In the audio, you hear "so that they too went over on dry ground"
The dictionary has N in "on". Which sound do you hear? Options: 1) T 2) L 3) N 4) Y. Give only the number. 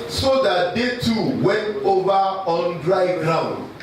3